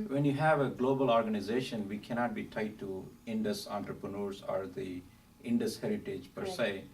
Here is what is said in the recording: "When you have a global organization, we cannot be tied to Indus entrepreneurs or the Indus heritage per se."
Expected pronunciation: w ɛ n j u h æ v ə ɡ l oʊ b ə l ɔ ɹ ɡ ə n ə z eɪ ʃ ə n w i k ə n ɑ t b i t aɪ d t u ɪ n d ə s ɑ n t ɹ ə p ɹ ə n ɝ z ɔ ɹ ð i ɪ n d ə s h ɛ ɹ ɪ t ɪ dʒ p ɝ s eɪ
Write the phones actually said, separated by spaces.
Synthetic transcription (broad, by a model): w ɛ n j u h æ v ə ɡ l oʊ b ə l ɔ ɹ ɡ ə n ə z eɪ ʃ ə n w i k ə n ɑ t b i t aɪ t u ɪ n d ə s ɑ n t ɹ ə p ɹ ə n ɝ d ɔ ɹ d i ɪ n d ə s h ɛ ɹ ɪ t ɪ dʒ p ɝ s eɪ